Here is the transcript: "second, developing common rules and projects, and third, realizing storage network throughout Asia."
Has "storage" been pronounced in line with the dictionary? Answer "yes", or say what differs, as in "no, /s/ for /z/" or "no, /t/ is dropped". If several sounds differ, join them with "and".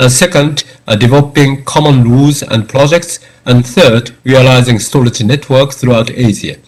no, /l/ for /ɹ/